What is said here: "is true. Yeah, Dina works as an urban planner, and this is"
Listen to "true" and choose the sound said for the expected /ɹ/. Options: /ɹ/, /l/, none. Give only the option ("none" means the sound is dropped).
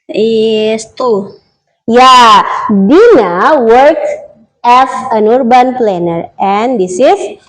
none